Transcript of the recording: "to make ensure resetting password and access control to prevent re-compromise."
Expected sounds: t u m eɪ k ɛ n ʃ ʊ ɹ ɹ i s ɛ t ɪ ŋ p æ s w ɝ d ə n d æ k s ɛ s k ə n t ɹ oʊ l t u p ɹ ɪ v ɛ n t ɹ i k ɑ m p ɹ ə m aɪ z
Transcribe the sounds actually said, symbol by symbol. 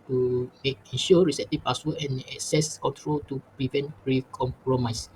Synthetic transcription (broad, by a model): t u m eɪ k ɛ n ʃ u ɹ ɹ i s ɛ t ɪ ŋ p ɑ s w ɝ ə n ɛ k s ɛ s k ə n t ɹ oʊ l t u p ɹ ɪ v ɛ n t ɹ i k ɑ m p ɹ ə m aɪ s